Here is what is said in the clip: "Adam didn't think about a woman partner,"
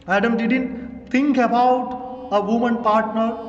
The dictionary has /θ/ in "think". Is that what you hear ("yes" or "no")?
no